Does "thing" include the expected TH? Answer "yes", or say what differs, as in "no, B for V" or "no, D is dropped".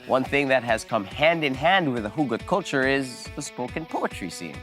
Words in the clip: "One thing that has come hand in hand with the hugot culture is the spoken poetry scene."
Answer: yes